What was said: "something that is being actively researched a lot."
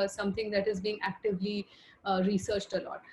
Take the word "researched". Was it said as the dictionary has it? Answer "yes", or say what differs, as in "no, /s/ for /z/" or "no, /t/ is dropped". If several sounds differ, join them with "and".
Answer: yes